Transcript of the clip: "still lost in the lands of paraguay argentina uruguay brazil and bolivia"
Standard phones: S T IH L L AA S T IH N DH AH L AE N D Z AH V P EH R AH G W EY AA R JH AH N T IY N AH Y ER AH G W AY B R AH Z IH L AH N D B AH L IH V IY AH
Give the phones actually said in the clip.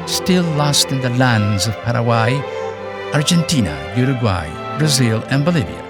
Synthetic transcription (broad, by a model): S T IH L L AA S T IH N DH AH L AE N D Z AH V P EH R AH W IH AA R JH AH N T IY N AH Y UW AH G W AY B R AH Z IH L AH N B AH L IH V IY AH